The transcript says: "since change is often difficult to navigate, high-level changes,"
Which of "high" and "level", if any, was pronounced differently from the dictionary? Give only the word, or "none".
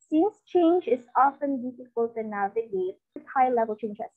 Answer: none